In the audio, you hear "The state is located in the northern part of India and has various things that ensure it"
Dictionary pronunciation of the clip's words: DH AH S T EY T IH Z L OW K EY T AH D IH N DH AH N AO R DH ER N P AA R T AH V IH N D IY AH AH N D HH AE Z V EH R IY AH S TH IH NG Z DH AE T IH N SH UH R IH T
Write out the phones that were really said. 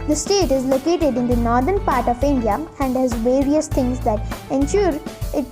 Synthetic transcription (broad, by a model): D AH S T EY T IH Z L OW K EY T AH D IH N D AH N AO R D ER N P AA R T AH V IH N D IY AH AH N D HH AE Z V EH R IY AH S T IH NG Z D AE T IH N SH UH R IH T